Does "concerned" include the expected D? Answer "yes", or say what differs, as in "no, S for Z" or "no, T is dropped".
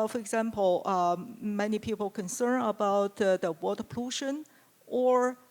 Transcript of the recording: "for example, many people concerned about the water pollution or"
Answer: no, D is dropped